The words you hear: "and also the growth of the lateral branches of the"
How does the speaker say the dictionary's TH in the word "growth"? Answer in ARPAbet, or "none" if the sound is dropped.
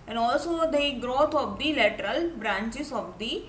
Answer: T